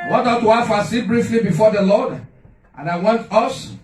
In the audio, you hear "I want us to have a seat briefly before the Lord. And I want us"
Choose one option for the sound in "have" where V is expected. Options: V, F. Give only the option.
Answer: F